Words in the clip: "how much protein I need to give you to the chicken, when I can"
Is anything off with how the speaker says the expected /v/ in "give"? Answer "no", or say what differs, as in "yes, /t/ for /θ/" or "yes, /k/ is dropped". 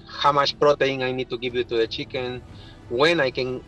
yes, /p/ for /v/